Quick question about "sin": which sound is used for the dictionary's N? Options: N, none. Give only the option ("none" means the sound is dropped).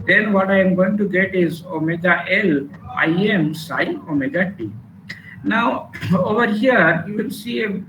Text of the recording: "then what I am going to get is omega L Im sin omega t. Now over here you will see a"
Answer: none